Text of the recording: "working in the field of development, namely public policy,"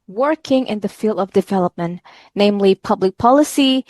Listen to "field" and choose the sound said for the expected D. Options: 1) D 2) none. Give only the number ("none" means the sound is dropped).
1